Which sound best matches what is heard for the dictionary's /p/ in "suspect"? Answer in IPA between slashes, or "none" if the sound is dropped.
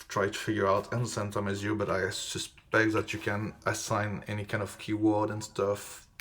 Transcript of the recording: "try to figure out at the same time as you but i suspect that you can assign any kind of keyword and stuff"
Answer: /b/